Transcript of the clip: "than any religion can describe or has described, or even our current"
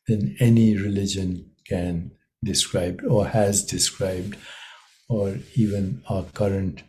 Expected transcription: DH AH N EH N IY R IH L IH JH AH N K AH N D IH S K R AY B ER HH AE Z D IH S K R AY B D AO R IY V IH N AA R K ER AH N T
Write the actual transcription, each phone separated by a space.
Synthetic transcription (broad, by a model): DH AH N EH N IY R IH L IH JH AH N K AH N D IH S K R AY B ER HH AE Z D IH S K R AY B D AO R IY V IH N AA K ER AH N T